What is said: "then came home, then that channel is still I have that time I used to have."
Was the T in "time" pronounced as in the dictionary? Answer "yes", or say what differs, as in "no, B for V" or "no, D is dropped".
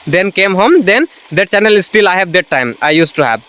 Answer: yes